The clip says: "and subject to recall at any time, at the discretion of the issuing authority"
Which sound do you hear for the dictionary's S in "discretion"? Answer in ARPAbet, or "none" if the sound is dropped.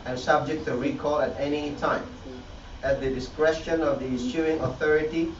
S